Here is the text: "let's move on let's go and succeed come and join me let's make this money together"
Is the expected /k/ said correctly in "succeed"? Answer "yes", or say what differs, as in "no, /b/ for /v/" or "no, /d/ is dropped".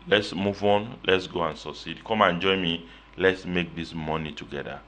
no, /k/ is dropped